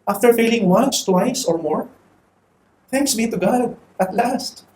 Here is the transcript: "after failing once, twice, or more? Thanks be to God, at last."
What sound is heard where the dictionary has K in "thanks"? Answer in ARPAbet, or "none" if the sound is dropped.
K